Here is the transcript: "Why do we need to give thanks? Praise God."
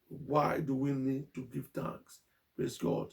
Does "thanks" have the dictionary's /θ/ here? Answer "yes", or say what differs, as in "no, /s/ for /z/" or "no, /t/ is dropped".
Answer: no, /t/ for /θ/